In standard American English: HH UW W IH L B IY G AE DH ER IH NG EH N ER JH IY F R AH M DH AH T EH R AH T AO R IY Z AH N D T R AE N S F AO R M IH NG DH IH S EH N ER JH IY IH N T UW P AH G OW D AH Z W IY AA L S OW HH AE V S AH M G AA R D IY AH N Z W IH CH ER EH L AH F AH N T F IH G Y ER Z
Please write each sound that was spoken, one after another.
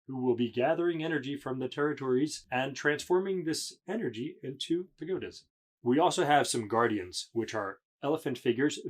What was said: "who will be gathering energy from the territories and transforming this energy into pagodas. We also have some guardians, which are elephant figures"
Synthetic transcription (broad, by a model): HH UW W IH L B IY G AE DH ER IH NG EH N ER JH IY F R AH M DH AH T EH R AH T AO R IY Z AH N T R AE N S F AO R M IH NG DH IH S EH N ER JH IY IH N T UW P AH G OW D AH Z W IY AA L S OW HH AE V S AH M G AA R D IY AH N Z W IH CH ER EH L AH F AH N T F IH G Y ER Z